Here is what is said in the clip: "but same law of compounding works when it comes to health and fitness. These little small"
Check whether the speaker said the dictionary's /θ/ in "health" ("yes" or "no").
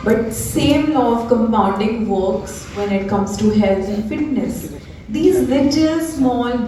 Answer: no